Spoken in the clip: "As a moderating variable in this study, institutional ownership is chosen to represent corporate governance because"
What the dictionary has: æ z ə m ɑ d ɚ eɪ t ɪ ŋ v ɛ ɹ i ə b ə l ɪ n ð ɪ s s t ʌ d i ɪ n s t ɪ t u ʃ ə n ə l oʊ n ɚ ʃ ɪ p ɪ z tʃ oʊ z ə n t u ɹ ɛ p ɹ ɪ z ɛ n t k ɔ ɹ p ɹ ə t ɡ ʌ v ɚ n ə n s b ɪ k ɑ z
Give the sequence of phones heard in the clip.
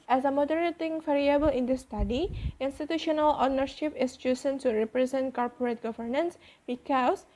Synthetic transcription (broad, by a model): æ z ə m ɑ d ɚ eɪ t ɪ ŋ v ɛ ɹ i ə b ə l ɪ n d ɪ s s t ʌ d i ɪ n s t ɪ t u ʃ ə n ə l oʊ n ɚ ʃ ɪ p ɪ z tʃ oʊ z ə n s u ɹ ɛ p ɹ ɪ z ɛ n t k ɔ ɹ p ɹ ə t ɡ ʌ v ɚ n ə n s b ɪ k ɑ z